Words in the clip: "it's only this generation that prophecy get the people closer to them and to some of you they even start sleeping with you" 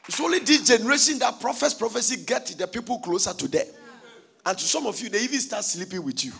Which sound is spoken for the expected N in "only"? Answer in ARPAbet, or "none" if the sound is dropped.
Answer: none